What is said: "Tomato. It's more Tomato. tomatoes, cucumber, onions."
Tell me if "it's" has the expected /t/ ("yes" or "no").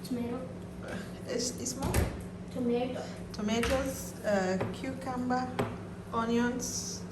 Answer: no